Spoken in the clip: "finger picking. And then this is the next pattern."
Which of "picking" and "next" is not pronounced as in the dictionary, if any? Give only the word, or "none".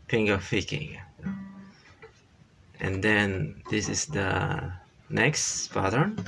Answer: picking